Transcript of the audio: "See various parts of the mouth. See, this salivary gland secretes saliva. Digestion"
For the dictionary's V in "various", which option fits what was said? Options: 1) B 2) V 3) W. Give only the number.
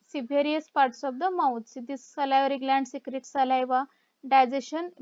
1